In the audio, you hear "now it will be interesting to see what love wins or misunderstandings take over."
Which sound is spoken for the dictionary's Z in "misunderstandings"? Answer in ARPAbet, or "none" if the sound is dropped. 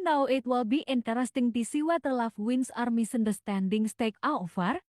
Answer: S